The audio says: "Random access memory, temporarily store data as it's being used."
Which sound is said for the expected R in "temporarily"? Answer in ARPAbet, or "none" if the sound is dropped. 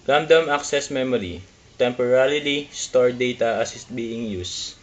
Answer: L